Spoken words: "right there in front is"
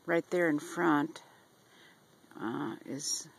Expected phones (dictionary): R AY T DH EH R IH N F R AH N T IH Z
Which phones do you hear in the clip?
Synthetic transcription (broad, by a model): R AY T DH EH R IH N F R AH N T IH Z